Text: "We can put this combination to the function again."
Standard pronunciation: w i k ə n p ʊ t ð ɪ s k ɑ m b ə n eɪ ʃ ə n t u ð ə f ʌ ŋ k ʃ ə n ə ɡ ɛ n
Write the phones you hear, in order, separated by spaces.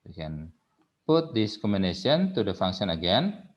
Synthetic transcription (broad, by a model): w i k ə n p ʊ t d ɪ s k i m ə n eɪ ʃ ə n t u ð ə f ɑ ŋ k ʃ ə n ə ɡ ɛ n